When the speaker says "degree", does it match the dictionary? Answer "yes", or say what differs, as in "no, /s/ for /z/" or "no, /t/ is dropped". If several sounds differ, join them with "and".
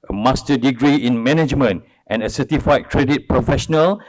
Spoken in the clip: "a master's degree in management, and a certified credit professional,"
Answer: yes